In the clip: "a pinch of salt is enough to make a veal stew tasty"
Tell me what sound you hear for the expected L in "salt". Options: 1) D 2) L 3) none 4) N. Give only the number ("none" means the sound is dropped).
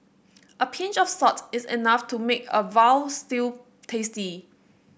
3